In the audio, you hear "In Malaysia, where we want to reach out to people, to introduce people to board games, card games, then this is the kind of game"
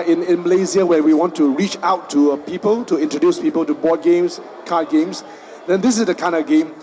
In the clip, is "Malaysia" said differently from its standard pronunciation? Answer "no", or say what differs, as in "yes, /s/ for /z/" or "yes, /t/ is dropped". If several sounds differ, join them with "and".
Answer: yes, /z/ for /ʒ/